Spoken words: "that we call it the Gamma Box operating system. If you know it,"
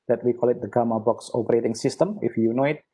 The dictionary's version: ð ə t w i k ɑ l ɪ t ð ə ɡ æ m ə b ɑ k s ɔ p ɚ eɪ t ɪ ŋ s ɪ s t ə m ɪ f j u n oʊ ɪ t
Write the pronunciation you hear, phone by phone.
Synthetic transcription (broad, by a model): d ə t w i k ɑ l ɪ t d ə ɡ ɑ m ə b ɑ k s ɔ p ɚ eɪ t ɪ ŋ s ɪ s t ə m ɪ f j u n oʊ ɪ t